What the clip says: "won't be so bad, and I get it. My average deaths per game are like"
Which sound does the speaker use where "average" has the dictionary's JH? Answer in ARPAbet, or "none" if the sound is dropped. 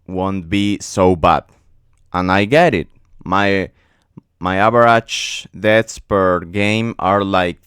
CH